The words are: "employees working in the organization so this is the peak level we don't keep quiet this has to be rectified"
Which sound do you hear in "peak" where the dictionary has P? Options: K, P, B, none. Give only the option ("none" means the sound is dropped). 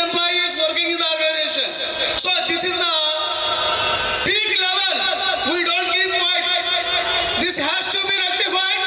B